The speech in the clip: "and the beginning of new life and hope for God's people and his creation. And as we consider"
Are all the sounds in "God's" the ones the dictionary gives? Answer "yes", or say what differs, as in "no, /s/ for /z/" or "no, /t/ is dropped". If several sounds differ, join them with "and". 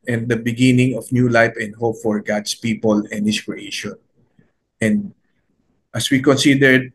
no, /s/ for /z/